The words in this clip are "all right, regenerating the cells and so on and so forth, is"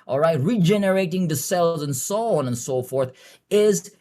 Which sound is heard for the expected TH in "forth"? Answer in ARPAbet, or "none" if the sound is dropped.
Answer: TH